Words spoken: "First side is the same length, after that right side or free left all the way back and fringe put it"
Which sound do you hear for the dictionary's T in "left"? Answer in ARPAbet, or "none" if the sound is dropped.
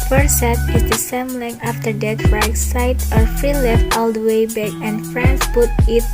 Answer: T